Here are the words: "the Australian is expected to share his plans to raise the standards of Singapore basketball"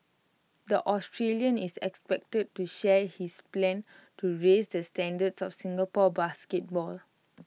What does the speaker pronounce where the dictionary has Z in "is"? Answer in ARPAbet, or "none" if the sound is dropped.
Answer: S